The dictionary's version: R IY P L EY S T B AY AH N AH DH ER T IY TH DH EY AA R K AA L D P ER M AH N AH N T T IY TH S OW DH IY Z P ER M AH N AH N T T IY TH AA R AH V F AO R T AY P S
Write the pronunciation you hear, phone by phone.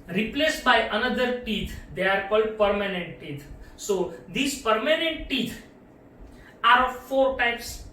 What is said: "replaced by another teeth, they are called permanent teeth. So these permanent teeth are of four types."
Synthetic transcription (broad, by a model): R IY P L EY S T B AY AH N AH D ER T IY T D EY AA R K AA L D P ER M AH N AH N T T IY T S OW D IY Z P ER M AH N AH N T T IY T AA R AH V F AO R T AY P S